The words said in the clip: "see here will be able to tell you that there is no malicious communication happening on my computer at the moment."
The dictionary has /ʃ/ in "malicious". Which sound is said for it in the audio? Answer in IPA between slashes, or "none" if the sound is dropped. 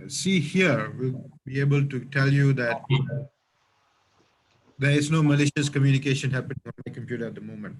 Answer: /ʃ/